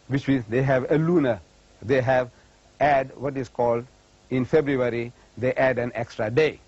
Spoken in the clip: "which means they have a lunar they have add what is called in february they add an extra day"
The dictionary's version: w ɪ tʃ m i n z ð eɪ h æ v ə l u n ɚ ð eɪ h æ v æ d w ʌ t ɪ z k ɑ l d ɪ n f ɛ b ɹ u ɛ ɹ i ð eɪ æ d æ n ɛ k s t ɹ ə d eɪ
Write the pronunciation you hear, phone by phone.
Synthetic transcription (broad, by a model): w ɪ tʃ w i z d eɪ h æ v ə l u n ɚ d eɪ h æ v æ d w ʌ t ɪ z k ɑ l d ɪ n f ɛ b ɹ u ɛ ɹ i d eɪ æ d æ n ɛ k s t ɹ ə d eɪ